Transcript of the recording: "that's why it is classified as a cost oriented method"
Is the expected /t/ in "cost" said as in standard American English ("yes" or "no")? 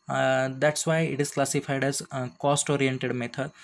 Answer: yes